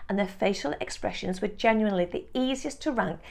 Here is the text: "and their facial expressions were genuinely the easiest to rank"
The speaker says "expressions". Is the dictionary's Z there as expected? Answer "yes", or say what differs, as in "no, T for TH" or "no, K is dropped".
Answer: yes